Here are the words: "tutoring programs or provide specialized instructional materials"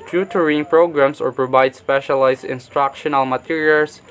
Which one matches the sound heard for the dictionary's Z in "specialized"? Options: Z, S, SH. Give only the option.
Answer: S